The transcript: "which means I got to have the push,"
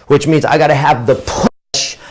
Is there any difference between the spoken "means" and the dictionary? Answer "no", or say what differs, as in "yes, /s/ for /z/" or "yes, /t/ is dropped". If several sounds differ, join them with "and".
no